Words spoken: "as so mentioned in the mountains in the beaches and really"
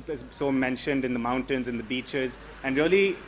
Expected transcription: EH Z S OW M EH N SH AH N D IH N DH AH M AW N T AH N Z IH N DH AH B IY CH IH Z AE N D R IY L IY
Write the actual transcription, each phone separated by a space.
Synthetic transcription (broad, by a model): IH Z S OW M EH N SH AH N D IH N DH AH M AW N T AH N Z IH N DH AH B IY CH IH Z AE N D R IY L IY